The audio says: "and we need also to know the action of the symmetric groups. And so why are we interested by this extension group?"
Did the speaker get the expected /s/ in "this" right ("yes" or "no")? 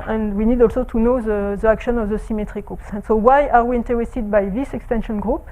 yes